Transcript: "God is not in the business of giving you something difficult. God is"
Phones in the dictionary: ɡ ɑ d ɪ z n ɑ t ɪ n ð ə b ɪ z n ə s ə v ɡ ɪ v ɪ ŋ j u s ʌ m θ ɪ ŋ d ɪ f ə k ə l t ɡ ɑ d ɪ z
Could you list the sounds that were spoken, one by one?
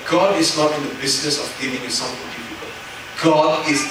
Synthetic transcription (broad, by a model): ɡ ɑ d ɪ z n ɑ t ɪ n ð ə b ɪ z n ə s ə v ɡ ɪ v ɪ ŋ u s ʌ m f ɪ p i p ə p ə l ɡ ɑ d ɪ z